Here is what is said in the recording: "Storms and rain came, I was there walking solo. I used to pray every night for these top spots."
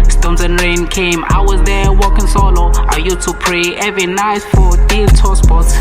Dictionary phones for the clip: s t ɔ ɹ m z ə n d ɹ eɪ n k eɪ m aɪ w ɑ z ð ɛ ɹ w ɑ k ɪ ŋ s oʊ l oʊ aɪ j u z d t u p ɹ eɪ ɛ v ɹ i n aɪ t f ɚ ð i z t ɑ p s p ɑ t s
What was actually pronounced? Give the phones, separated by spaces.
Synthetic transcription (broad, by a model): s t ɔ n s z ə n ɹ eɪ n k eɪ m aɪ w ɑ z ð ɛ w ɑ k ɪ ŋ s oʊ l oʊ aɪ j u t u p ɹ eɪ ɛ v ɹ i n aɪ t f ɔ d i t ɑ s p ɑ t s